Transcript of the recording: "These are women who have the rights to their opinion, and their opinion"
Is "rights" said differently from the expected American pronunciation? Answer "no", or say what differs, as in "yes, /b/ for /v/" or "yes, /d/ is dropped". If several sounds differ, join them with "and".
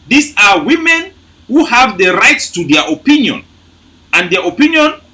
no